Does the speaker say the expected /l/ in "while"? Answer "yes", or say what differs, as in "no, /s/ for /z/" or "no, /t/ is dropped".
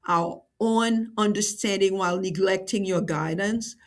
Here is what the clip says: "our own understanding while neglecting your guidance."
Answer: yes